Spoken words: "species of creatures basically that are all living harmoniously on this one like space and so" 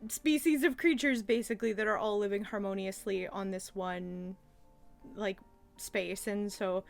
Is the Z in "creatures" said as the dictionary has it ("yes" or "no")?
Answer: yes